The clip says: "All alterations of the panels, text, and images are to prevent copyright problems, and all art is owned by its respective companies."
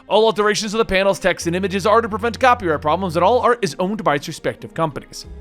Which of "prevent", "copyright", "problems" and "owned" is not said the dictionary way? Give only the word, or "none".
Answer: none